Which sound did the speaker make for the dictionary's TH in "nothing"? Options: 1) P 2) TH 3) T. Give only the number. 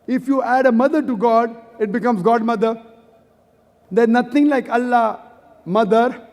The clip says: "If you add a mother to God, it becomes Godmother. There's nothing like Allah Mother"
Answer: 3